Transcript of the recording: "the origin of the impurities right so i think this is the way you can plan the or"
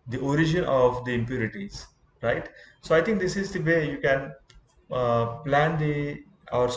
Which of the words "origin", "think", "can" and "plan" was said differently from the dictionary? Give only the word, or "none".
think